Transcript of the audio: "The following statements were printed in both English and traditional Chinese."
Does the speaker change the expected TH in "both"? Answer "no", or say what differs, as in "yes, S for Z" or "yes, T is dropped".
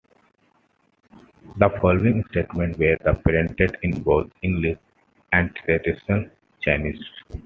yes, T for TH